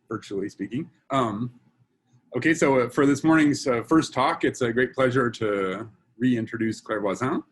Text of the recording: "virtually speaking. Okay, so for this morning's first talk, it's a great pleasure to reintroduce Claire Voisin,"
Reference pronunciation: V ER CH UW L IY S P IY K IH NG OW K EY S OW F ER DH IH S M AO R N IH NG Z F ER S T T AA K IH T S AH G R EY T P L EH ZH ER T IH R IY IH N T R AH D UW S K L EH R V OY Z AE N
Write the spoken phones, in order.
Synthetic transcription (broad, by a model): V ER CH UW L IY S P IY K IH NG OW K EY S OW F ER DH IH S M AO R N IH NG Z F ER S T T AA K IH T S AH G R EY T P L EH ZH ER T IH R IY IH N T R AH D UW S K L EH R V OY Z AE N